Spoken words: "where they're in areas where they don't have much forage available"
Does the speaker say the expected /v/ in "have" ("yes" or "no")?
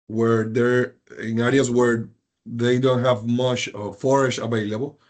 yes